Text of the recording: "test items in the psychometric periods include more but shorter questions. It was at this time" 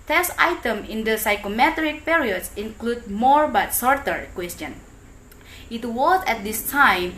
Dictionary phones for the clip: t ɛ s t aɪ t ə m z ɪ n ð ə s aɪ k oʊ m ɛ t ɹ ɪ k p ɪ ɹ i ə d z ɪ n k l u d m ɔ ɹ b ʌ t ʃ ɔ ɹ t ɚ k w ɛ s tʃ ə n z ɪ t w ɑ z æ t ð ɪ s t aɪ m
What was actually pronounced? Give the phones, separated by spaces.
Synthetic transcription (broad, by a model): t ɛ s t aɪ t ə m ɪ n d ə s aɪ k oʊ m ɛ t ɹ ɪ k p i ɹ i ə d s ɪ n k l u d m ɔ ɹ b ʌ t s ɔ ɹ t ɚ k w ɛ s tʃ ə n ɪ t w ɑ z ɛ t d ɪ s t aɪ m